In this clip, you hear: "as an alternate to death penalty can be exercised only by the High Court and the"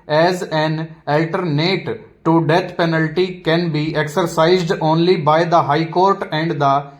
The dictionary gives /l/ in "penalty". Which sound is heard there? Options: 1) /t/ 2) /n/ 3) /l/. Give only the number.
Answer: 3